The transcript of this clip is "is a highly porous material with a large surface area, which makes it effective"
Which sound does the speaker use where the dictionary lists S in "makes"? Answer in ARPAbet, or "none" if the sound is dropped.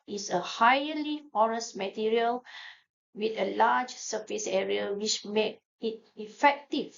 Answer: none